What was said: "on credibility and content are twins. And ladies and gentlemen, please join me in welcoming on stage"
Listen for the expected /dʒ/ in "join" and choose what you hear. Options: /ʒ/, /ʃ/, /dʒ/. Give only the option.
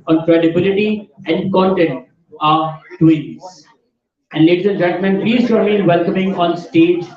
/ʃ/